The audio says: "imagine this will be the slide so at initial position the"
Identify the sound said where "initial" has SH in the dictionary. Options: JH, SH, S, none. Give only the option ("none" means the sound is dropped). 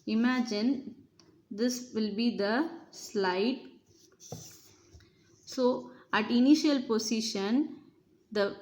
SH